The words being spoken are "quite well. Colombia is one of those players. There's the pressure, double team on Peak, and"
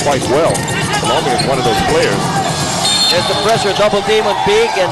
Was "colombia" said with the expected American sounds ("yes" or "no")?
no